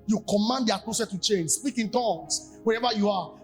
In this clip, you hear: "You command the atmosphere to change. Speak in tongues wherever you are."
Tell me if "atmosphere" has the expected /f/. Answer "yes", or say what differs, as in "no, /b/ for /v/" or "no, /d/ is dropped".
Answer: no, /f/ is dropped